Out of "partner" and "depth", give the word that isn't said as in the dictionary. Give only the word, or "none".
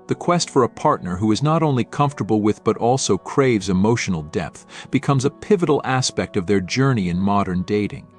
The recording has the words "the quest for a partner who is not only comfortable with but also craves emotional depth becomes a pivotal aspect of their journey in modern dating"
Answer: none